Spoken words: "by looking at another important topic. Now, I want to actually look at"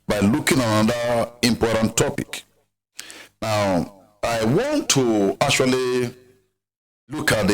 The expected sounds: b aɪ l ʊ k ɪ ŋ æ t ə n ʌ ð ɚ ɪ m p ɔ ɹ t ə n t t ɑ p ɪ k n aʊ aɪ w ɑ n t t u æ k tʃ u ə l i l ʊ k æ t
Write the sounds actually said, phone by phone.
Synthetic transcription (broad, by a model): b aɪ l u k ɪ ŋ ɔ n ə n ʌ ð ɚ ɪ m p ɔ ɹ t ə n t t ɑ p ɪ k n aʊ aɪ w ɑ n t t u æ k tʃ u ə l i l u k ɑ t